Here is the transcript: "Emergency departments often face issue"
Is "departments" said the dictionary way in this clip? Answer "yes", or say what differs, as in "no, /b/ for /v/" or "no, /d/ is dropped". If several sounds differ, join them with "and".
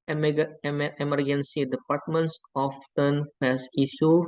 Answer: yes